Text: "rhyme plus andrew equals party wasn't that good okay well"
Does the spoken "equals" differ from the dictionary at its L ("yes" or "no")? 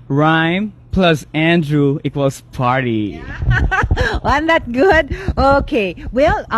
yes